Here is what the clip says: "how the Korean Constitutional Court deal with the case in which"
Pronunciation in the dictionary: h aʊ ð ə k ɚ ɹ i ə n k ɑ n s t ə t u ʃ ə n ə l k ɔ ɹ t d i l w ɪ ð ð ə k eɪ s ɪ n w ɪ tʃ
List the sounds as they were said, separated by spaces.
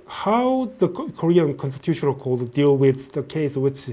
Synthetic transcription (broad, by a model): h aʊ ð ə k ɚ ɹ i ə n k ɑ n s t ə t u ʃ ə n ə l k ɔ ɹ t d i l w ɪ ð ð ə k eɪ ɪ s w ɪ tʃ